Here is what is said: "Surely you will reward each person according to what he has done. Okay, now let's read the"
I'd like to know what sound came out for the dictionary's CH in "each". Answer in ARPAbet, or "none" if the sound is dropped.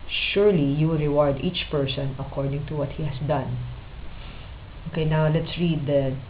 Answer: CH